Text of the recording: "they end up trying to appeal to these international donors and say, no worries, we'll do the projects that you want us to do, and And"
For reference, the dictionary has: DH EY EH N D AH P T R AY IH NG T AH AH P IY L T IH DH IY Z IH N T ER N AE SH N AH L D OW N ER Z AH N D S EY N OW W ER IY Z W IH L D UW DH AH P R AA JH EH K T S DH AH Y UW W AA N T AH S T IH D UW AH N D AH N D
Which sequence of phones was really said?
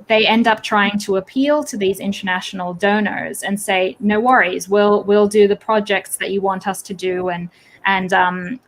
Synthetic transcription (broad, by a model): DH EY EH N D AH P T R AY IH NG T AH AH P IY L T IH DH IY Z IH N T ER N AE SH N L D OW N ER Z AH N S EY N OW W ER IY Z W IH L D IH DH AH P R AA JH EH K T S DH AH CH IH W AA N T AH S T IH D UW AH N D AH N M